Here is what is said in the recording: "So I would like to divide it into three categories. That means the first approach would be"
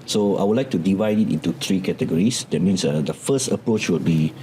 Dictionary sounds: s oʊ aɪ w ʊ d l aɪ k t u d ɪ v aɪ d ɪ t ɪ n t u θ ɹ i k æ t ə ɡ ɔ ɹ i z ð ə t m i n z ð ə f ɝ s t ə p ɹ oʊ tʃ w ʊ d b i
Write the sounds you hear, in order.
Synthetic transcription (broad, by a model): s oʊ aɪ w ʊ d l aɪ k t u d ɪ v aɪ d ɪ t ɪ n t u t ɹ i k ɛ t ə ɡ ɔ ɹ i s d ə t m i n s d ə f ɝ s t ə p ɹ oʊ tʃ w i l b i